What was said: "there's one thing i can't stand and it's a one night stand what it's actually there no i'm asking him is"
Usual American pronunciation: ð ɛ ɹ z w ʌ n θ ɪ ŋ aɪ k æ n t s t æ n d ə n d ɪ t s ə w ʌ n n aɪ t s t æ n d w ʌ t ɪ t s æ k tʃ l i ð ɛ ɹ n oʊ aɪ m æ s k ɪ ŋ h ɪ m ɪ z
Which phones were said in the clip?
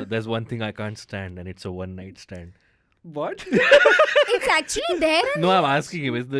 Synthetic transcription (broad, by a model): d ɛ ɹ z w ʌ n t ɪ ŋ aɪ k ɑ n t s t æ n d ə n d ɪ t s ə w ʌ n n aɪ t s t æ n d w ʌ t ɪ t s æ k tʃ l i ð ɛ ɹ n oʊ aɪ m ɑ s k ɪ ŋ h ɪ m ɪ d